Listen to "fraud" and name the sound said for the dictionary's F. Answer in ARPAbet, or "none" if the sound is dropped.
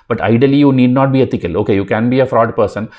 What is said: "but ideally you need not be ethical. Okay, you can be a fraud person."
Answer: F